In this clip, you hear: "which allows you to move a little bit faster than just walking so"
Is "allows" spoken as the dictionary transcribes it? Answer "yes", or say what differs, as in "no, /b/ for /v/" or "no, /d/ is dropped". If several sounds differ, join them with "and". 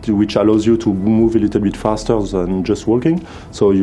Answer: yes